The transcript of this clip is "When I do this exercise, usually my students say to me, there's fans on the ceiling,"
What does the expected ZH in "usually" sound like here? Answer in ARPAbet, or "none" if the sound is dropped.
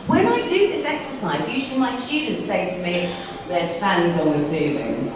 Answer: ZH